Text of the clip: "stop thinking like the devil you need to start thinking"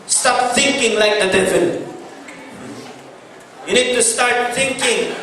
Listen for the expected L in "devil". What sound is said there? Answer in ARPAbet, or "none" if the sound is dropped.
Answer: N